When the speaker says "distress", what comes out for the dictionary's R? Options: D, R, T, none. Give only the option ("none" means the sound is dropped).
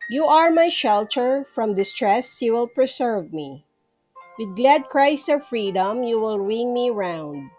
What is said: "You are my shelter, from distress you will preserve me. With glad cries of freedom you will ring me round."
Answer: R